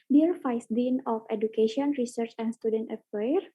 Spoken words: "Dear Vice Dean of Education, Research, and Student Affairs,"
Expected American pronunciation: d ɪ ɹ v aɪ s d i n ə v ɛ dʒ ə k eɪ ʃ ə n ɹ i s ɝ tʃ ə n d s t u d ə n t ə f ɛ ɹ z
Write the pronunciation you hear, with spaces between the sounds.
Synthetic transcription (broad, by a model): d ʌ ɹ f aɪ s d i n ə f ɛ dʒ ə k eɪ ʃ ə n ɹ i s ɝ tʃ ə n s t u d ə n t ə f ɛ ɹ